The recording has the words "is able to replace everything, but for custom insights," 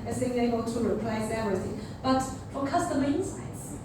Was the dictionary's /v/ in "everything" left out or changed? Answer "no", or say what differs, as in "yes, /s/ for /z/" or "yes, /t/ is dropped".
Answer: yes, /v/ is dropped